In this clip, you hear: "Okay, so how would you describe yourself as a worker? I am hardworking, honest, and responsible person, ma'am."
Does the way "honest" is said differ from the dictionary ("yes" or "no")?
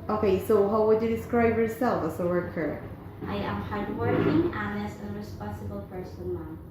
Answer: yes